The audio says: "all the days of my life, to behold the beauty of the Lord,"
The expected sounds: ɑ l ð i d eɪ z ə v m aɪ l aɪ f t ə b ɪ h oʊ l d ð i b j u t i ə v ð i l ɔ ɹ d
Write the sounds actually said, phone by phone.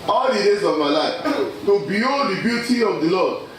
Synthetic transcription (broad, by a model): ɑ l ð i d eɪ z ə v m aɪ l aɪ f t ə b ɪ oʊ d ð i b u t i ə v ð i l ɔ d